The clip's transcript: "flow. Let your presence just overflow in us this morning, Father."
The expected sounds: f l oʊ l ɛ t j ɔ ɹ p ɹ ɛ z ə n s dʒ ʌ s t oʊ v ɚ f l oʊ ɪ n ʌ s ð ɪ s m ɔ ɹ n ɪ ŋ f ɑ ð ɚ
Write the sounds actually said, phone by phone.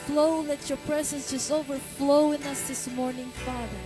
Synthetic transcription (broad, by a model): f l oʊ l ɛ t j ɔ ɹ p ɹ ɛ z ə n s dʒ ʌ s t oʊ v ɚ f l oʊ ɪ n ʌ s ð ɪ s m ɔ ɹ n ɪ ŋ f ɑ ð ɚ